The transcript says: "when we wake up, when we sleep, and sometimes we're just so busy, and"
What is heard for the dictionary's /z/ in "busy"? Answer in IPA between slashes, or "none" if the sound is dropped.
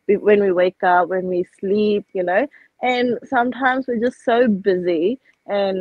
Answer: /z/